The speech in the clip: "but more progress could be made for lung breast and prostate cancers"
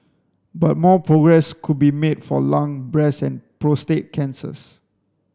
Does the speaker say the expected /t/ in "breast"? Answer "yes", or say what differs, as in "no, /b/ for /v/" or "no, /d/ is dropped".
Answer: no, /t/ is dropped